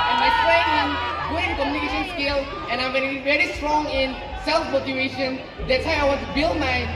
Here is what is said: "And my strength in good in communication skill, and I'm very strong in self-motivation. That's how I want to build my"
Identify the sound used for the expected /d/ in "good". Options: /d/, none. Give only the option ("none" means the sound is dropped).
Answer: none